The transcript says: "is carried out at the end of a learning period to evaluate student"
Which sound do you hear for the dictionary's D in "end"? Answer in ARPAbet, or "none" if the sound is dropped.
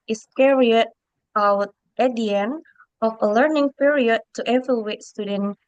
none